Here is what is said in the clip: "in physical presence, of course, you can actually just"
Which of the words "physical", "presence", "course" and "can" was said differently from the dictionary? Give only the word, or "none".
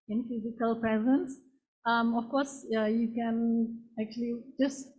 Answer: none